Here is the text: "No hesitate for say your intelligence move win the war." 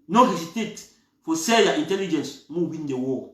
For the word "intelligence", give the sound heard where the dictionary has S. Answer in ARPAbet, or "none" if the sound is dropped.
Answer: S